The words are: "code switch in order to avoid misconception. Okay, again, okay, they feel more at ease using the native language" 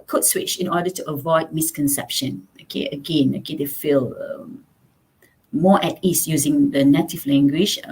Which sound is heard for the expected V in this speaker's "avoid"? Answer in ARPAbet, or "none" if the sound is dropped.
V